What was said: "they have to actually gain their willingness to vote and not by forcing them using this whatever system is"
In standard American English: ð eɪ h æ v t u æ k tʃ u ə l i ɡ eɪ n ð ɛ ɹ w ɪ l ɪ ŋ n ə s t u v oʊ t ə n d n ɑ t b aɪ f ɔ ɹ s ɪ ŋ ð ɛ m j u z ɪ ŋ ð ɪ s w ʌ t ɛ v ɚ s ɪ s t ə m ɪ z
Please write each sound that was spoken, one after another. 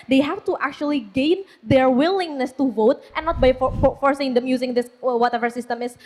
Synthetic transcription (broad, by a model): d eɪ h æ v t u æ k tʃ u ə l i ɡ eɪ n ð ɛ ɹ w ɪ l ɪ ŋ n ə s t u v oʊ t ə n n ɑ t b aɪ f ɔ ɹ s ɪ ŋ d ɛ m j u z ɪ ŋ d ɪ s w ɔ t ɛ v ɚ s ɪ s t ə m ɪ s